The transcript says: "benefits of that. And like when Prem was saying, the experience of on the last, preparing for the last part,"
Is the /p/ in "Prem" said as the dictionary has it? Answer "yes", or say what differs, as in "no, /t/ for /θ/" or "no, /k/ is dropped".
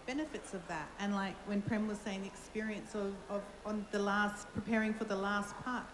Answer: yes